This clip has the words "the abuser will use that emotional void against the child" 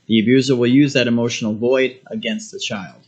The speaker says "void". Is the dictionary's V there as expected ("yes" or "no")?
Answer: yes